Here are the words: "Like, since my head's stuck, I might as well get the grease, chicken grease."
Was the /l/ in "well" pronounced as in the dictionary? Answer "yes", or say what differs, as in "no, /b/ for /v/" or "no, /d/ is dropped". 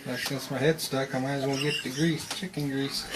no, /n/ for /l/